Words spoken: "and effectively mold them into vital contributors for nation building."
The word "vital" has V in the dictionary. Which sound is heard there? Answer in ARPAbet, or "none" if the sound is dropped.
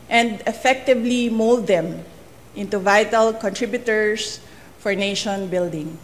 V